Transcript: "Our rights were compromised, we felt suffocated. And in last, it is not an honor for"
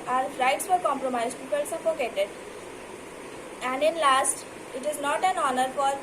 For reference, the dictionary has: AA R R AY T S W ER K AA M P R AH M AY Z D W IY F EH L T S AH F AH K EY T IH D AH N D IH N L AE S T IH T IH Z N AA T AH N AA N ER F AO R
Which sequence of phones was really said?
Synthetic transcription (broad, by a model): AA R R AY T S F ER K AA M P R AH M AY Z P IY P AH L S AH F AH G EY T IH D AH N D IH N L AE S T IH T IH Z N AA T AH N AA N ER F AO R